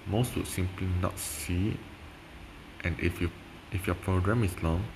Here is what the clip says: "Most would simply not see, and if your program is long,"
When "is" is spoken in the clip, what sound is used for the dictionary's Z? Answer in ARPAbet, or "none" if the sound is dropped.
S